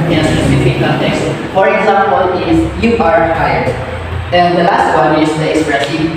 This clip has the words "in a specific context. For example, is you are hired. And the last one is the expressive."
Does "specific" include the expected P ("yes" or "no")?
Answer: no